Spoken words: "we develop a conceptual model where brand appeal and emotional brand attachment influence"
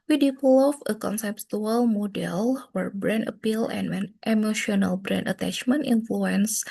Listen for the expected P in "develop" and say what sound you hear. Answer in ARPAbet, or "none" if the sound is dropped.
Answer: F